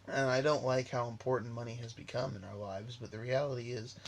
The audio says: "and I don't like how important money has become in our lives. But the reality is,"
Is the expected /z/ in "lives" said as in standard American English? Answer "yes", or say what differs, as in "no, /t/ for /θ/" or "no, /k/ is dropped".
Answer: yes